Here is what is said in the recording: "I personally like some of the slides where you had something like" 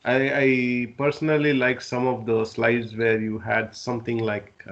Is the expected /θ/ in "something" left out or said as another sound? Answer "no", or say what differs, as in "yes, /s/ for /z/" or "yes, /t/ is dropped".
yes, /t/ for /θ/